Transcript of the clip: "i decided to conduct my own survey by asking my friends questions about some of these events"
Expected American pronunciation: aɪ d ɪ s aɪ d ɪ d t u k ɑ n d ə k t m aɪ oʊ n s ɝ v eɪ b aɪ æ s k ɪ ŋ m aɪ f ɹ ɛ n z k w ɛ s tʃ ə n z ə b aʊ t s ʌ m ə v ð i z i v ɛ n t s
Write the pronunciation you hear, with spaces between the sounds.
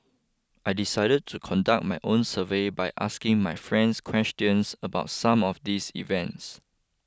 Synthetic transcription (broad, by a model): aɪ d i s aɪ d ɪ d t u k ɑ n d ə k t m aɪ oʊ n s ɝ v eɪ b aɪ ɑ s k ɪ ŋ m aɪ f ɹ ɛ n s k w ɛ s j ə n s ə b aʊ t s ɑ m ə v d i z i v ɛ n t s